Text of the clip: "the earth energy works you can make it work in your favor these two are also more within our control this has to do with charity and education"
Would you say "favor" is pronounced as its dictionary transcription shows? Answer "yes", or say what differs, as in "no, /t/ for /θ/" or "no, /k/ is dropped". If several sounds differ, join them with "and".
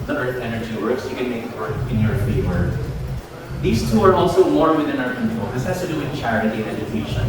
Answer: no, /w/ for /v/